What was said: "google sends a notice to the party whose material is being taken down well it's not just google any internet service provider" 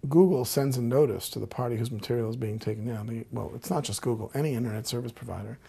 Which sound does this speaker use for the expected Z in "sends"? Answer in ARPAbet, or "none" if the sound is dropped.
Z